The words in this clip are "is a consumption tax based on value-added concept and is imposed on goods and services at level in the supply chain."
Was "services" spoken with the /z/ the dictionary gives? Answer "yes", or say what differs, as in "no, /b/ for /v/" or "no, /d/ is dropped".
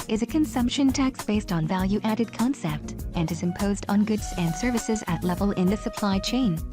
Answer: yes